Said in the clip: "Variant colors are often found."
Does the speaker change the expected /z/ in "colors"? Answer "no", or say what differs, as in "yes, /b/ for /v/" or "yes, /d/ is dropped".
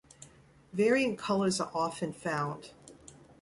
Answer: no